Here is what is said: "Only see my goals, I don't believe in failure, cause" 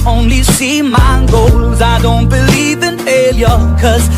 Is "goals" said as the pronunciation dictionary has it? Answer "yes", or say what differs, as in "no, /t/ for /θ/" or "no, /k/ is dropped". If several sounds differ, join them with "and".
yes